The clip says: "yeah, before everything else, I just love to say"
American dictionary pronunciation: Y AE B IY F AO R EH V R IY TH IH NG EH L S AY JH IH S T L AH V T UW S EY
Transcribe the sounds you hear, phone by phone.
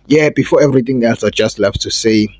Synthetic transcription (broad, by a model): Y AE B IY F AO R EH V R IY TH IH NG EH L S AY JH IH S T L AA F T UW S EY